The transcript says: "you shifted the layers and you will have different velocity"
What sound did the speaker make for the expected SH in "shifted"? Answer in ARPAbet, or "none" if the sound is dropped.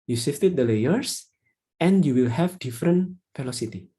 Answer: S